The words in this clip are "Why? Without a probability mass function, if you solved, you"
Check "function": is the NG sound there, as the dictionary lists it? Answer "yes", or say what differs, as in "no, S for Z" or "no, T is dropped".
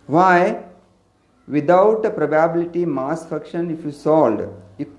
no, NG is dropped